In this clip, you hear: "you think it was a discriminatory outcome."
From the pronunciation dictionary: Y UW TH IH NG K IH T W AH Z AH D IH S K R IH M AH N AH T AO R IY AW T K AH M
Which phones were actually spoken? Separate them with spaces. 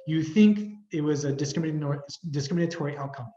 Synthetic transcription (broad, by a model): Y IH TH IH NG K IH T W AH Z AH D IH S K R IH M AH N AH T AO R IY AW T K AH M